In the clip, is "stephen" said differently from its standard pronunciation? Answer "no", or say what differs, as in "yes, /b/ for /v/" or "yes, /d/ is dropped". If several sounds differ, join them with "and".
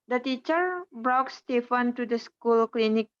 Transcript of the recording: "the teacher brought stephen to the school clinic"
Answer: yes, /f/ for /v/